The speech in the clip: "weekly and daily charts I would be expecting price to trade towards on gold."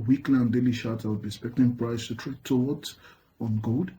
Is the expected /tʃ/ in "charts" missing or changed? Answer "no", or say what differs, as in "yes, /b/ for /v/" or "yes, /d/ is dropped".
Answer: yes, /ʃ/ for /tʃ/